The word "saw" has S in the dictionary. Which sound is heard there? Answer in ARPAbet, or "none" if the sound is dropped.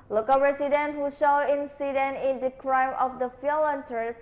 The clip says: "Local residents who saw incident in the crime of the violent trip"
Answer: SH